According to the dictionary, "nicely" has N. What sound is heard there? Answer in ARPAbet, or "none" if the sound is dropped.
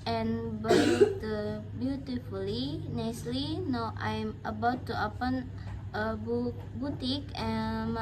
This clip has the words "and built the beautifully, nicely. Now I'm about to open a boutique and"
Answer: N